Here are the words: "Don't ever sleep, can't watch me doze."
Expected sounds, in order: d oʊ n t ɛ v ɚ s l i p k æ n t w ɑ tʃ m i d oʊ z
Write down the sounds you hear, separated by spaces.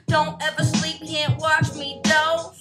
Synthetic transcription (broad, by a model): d oʊ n t ɛ v ɚ s l i p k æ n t w ɑ tʃ m i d oʊ